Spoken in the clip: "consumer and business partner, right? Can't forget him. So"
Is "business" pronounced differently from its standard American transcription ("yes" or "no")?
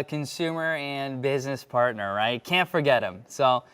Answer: no